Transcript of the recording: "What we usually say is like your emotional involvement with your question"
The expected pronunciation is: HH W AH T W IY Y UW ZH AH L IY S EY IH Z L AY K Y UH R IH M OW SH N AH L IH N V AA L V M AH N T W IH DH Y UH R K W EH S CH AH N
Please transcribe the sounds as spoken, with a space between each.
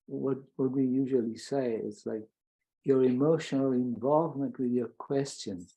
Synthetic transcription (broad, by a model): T W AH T W IY Y UW ZH AH L IY S EY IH S L AY K Y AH R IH M OW SH N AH L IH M V AA L V M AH N T W IH DH Y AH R K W EH S CH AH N